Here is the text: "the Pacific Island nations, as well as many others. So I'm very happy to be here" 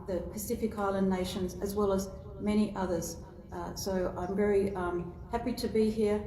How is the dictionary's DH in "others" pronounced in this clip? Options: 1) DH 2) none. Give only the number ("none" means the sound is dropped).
1